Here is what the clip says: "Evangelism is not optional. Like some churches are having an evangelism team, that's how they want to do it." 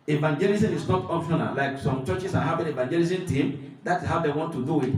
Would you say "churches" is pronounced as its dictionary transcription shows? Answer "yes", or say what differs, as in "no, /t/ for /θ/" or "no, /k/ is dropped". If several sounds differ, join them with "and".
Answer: no, /s/ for /z/